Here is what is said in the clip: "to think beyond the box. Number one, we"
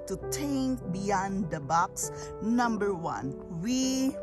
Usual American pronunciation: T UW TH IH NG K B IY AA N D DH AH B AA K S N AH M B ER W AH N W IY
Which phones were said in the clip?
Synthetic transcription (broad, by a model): T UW T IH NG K B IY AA N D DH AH B AA K S N AH M B ER W AH N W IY